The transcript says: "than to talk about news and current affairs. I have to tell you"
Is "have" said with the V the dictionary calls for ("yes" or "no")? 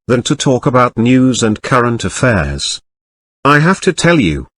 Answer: no